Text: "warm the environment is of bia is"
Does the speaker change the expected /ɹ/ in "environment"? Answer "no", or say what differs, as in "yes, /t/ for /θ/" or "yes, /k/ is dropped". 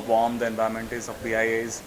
yes, /ɹ/ is dropped